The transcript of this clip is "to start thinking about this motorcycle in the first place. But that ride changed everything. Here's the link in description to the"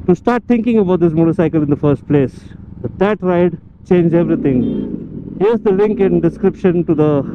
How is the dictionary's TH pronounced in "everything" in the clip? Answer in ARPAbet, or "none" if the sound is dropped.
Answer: T